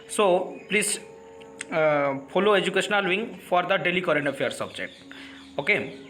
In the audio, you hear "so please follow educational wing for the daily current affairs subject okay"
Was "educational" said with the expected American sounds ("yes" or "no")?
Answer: yes